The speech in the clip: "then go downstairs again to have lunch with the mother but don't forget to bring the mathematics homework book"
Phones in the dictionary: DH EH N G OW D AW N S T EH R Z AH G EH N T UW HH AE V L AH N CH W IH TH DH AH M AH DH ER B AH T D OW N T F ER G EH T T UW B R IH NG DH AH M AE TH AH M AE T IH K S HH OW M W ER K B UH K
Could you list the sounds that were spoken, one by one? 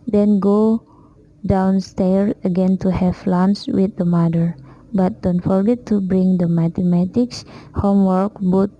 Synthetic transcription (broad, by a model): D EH N G OW D AW N S T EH R S AH G EH N T UW HH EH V L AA N S W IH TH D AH M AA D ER B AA T D OW N T F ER G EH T T UW B R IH NG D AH M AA T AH M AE T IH K S HH OW M W ER K B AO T